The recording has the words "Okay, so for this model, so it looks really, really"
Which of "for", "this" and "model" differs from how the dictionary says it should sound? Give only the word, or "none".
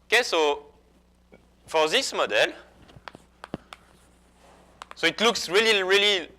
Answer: none